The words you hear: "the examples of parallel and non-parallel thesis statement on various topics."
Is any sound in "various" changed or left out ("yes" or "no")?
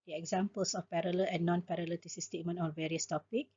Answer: no